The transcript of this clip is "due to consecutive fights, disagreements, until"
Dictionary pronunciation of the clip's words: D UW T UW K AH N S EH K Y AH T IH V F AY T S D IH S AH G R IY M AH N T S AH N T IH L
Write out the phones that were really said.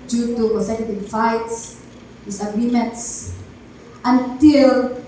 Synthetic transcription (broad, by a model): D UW T UW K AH S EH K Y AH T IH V F AY T S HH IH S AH G R IY M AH N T S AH N T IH L